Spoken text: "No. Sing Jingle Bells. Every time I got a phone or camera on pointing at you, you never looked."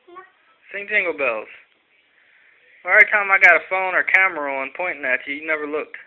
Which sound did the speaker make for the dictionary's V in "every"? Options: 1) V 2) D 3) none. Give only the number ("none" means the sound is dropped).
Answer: 3